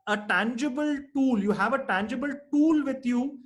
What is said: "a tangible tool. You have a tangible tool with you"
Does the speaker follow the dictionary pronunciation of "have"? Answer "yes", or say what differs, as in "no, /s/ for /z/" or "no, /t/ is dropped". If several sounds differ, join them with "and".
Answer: yes